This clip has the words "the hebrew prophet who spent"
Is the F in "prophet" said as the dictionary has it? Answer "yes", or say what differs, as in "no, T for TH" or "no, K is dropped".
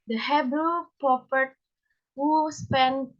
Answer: no, P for F